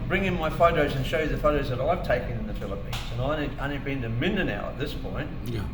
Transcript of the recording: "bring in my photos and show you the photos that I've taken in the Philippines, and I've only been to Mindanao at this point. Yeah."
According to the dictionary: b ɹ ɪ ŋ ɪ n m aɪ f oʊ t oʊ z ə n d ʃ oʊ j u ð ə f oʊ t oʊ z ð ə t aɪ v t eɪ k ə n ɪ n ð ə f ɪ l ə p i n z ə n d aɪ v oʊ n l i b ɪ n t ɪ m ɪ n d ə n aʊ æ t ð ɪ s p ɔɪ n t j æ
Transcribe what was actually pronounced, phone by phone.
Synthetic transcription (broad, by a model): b ɹ ɪ ŋ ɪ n m aɪ f oʊ t oʊ z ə n ʃ oʊ j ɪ ð ə f oʊ t oʊ z ð ə t aɪ v t eɪ k ə n ɪ n ð ə f ɪ l ə p i n z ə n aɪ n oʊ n i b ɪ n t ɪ m ɪ n d ə n aʊ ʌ t ð ɪ s p ɔɪ n t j